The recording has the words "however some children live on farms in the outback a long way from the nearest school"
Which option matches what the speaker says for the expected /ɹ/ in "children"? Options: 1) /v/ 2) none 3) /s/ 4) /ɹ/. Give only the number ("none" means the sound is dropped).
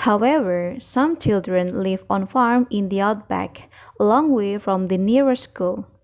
4